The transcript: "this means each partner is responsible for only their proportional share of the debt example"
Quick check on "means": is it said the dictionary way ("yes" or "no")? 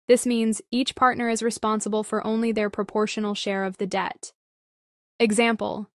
yes